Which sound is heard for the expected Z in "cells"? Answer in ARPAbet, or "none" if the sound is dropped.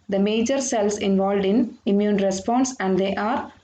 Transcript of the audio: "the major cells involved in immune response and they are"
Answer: S